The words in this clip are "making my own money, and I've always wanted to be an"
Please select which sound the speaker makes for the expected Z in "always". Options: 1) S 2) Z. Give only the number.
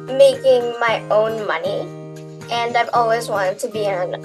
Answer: 2